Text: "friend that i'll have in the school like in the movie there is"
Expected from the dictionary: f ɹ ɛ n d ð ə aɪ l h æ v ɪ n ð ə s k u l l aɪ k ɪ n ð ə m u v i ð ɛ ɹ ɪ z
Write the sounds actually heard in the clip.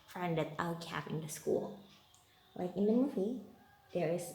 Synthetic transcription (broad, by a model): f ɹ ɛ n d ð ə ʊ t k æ p ɪ n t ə s k u l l aɪ k ɪ n ð ə m u v i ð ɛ ɹ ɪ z